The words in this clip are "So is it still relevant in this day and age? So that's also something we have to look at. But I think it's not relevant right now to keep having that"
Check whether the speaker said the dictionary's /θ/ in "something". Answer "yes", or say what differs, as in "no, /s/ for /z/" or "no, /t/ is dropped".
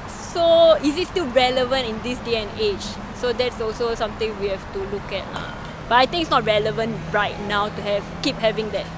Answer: no, /t/ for /θ/